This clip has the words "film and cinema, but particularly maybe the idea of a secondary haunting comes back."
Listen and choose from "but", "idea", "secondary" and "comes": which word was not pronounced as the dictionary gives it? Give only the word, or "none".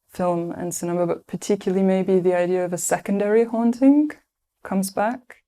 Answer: none